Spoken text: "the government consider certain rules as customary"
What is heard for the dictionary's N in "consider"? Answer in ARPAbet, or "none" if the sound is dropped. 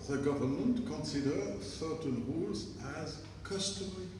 N